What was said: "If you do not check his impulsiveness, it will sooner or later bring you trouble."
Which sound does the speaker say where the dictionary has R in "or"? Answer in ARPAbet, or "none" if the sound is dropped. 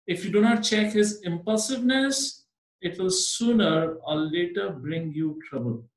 L